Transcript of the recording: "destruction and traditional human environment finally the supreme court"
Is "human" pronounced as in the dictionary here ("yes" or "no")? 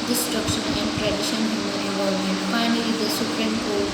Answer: no